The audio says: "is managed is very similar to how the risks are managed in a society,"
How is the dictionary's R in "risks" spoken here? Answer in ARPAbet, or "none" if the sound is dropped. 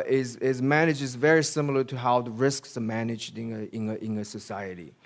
R